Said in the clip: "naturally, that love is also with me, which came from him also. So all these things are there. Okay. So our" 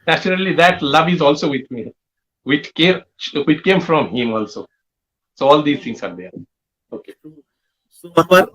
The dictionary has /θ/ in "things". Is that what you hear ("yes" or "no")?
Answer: no